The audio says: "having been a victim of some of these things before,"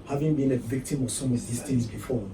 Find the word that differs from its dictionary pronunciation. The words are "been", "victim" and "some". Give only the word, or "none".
none